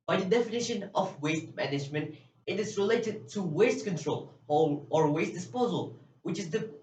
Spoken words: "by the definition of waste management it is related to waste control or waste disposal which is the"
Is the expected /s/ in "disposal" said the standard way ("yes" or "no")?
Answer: yes